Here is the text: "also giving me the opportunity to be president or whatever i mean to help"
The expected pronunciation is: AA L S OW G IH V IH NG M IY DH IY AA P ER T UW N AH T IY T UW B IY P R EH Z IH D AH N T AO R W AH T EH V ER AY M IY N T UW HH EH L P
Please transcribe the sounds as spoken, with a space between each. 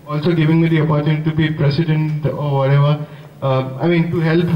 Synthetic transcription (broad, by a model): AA L S OW G IH V IH NG M IY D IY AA P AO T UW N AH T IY T UW B IY P R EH S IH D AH N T AO R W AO T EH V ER AY M IY N T UW HH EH L P